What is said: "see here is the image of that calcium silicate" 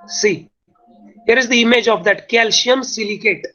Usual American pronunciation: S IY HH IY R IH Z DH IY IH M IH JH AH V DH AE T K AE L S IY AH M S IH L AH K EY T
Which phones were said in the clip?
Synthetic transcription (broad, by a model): S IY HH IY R IH Z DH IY IH M IH JH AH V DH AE T K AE L SH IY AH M S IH L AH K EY T